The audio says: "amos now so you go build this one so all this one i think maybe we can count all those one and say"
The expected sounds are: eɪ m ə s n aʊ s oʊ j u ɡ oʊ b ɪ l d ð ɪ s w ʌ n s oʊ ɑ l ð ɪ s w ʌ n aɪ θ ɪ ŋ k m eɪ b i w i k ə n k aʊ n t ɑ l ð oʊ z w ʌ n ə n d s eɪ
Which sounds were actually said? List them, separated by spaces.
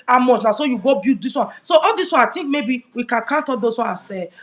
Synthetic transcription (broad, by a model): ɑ m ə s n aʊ s oʊ j u ɡ oʊ b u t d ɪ s w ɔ n s oʊ ɑ l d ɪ s w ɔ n aɪ t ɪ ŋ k m eɪ b i w i k ə n k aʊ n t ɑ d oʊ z w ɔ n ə s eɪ